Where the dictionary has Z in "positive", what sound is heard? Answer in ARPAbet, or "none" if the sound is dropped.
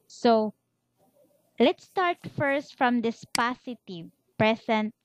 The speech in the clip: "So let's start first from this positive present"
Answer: S